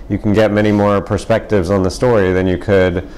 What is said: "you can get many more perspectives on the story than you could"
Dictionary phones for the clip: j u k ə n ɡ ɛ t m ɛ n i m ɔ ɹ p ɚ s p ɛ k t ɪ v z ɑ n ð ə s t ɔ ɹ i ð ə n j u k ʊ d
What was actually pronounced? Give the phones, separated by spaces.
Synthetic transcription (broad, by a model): j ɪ k n ɡ ɛ t m ɛ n i m ɔ ɹ p ɚ s p ɛ k t ɪ v z n ð ə s t ɔ ɹ i ð ə n j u k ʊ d